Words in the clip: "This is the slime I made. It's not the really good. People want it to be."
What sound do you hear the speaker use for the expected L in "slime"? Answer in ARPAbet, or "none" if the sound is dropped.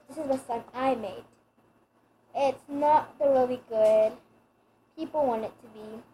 none